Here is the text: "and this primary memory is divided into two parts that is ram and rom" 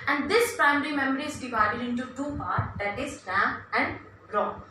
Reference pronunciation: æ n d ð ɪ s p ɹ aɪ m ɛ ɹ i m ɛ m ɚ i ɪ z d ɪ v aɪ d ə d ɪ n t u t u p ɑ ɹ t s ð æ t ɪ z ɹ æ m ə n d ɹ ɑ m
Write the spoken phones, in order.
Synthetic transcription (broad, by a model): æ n d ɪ s p ɹ aɪ m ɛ ɹ i m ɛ m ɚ i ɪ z d ɪ v aɪ d ə d ɪ n t u t u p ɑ ɹ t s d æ t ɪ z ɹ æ ə n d ɹ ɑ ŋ